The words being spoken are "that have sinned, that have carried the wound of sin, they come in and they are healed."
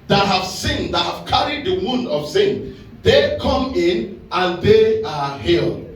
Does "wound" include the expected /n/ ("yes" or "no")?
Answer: yes